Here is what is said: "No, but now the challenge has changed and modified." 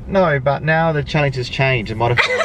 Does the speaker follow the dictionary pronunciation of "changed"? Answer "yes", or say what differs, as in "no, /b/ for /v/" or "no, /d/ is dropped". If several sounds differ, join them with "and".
no, /d/ is dropped